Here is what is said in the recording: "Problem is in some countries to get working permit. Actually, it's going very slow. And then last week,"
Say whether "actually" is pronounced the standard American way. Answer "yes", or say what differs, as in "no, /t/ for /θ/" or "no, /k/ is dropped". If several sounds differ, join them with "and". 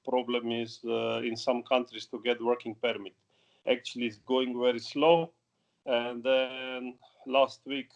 yes